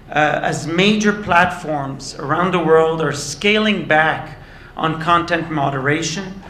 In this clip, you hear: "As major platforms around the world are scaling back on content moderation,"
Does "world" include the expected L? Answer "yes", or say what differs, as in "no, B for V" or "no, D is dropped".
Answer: yes